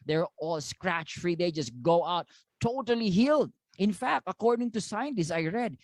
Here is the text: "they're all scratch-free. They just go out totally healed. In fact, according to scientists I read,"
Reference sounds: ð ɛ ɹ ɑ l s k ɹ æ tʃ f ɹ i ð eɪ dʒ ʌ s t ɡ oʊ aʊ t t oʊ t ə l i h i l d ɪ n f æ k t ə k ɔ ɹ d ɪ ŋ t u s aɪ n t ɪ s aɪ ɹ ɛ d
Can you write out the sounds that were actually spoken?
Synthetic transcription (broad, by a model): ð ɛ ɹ ɑ l s k ɹ æ tʃ f ɹ i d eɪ dʒ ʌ s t ɡ oʊ aʊ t t oʊ t ə l i h i l d ɪ n f æ k t ə k ɔ ɹ d ɪ ŋ t u s aɪ n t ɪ s aɪ ɹ ɛ d